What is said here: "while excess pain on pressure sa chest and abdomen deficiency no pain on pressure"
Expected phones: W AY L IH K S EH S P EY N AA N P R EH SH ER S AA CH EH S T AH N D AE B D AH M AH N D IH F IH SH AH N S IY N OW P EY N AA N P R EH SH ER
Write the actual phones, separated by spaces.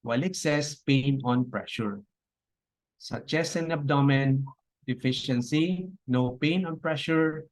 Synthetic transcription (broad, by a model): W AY L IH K S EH S P EY N AA N P R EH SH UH S AA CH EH S AH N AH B D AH M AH N D IH F IH SH AH N S IY N OW P EY N AA N P R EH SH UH